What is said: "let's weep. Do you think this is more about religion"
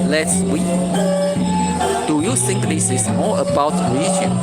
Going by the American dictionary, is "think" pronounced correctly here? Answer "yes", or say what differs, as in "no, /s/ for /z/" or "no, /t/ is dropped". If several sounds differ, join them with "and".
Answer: no, /s/ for /θ/